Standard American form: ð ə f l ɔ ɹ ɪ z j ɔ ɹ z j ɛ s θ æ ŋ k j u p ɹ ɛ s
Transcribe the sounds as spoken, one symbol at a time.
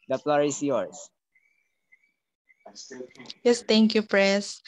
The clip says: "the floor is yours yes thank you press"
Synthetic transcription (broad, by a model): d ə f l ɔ ɹ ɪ s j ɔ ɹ s j ɛ s t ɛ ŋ k j u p ɹ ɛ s